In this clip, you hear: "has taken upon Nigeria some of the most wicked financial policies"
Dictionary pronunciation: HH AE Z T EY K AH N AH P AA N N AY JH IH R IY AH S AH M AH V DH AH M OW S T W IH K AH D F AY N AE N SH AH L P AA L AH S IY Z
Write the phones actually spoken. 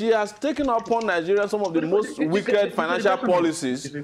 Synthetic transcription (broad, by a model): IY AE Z T EY K AH N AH P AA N N AY JH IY R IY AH S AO M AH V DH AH M OW S T W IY K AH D F AY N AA N SH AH L P AA L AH S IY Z